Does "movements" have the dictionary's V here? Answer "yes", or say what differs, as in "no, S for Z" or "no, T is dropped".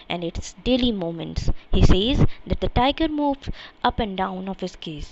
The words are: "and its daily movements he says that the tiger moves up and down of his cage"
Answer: no, V is dropped